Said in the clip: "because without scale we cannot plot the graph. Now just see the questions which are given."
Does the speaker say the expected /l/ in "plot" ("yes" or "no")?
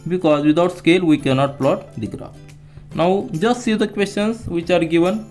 yes